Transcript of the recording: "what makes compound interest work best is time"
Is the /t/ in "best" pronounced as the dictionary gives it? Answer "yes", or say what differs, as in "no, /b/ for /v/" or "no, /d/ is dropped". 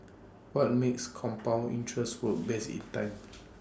no, /t/ is dropped